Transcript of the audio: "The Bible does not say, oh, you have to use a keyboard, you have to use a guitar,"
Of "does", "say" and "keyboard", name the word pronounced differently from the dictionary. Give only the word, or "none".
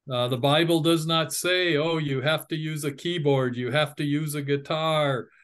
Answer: none